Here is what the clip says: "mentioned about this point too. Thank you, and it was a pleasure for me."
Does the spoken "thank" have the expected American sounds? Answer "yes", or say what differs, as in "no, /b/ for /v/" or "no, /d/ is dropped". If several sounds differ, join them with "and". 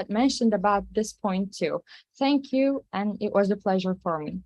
yes